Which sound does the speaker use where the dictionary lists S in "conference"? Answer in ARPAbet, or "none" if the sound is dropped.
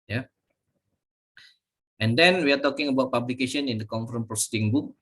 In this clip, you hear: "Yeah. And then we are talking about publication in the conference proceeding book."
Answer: none